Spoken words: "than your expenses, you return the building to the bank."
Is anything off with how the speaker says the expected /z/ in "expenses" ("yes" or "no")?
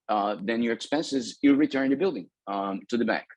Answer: no